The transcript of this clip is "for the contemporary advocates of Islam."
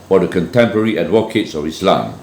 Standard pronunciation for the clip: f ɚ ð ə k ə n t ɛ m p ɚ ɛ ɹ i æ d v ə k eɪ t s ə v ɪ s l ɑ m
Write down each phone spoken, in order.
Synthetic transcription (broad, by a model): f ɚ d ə k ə n t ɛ m p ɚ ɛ ɹ i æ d w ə k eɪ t s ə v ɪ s l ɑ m